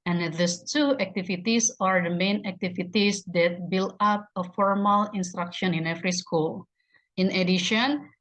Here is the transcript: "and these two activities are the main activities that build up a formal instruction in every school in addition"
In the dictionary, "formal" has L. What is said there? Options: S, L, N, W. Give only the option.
L